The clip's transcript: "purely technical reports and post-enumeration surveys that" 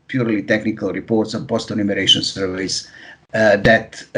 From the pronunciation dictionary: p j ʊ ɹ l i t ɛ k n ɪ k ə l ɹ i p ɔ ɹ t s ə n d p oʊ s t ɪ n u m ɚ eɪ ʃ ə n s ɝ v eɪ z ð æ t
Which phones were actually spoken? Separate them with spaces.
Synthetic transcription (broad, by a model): p j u ɹ l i t ɛ k n ɪ k ə l ɹ i p ɔ ɹ t s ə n p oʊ s t ɪ n u m ɚ eɪ ʃ ə n s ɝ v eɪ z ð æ t